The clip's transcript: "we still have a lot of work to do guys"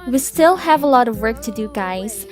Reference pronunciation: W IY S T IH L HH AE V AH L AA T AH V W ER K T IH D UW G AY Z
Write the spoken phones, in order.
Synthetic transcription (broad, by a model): W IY S T IH L HH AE V AH L AA T AH V W ER K T IH D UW G AY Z